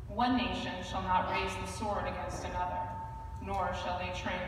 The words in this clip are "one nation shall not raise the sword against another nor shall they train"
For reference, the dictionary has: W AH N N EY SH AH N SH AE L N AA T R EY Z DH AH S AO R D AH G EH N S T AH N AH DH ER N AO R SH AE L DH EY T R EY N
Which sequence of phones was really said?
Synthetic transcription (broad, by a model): W AH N N EY SH AH N SH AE L N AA T R EY Z DH AH S AO R D AH G EH N S T AH N AH DH ER N AO R SH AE L DH EY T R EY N